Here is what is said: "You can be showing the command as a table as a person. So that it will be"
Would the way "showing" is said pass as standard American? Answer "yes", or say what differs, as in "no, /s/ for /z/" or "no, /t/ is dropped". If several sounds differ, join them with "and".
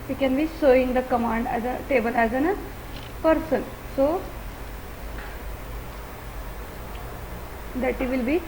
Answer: no, /s/ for /ʃ/